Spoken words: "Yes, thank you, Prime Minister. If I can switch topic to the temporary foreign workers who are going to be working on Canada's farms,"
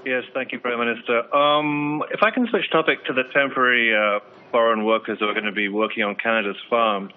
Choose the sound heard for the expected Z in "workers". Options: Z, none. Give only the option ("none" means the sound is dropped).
Z